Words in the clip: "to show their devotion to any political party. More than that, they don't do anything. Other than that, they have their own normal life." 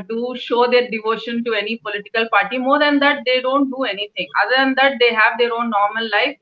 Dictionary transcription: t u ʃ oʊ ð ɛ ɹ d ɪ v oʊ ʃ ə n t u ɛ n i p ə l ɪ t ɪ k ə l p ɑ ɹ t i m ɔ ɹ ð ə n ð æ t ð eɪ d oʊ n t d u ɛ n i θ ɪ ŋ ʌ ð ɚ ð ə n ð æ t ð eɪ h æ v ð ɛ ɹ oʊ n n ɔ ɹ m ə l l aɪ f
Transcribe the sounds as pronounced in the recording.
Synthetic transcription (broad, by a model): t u ʃ oʊ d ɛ ɹ d ɪ v oʊ ʃ ə n t u ɛ n i p ə l ɪ t ɪ k ə l p ɑ ɹ t i m ɔ ɹ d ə n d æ t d eɪ d oʊ n t d u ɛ n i t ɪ ŋ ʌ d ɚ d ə n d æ t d eɪ h æ v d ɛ ɹ oʊ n n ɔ ɹ m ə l l aɪ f